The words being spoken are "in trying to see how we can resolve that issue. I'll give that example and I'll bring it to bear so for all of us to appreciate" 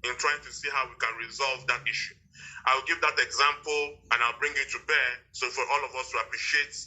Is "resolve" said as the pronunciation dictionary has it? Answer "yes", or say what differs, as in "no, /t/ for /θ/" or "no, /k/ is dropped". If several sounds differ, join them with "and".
yes